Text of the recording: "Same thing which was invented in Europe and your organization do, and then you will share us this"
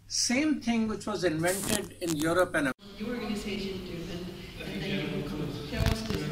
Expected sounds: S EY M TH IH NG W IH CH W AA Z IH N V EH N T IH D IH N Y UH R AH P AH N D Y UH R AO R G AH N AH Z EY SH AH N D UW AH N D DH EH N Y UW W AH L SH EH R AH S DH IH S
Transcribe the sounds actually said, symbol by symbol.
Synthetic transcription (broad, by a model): S EY M T IH NG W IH CH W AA Z IH N V EH N T IH D IH N Y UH R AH P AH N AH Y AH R AO R G AH N AH Z EY SH AH N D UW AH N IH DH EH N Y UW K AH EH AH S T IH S